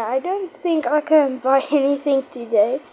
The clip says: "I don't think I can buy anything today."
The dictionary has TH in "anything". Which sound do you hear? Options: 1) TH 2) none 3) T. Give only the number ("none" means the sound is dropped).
1